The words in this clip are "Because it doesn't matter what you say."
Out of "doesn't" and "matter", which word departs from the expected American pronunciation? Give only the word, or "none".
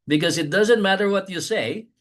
none